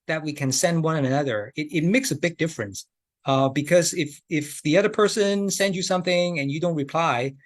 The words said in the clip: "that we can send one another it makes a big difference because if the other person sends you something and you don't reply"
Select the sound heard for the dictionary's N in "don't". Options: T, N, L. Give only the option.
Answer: N